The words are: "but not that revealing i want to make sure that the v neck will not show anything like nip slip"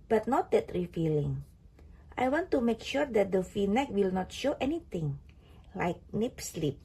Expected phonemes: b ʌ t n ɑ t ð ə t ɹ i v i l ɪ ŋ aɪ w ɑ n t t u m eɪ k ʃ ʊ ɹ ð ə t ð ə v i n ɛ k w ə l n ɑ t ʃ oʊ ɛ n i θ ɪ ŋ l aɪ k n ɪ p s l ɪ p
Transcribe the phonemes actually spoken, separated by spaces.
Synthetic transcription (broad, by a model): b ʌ t n ɑ t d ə t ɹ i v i l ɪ ŋ aɪ w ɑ n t t u m eɪ k ʃ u ɹ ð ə t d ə f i n ɛ k w ə l n ɑ t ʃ oʊ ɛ n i t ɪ ŋ l aɪ k n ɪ p s l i p